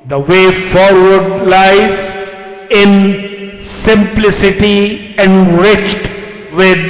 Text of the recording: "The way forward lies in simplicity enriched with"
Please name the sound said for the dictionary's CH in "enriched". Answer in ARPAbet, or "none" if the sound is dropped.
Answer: CH